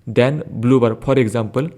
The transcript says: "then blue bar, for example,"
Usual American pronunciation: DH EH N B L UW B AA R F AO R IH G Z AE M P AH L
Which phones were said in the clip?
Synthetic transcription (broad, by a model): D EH N B L UW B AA R P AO R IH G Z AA M P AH L